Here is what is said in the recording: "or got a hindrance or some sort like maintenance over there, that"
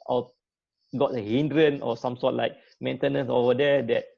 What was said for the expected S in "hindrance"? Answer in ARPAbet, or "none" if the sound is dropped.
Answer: none